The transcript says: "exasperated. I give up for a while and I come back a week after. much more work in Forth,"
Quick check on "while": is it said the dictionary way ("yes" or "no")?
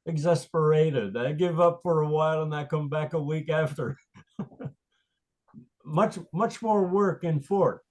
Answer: yes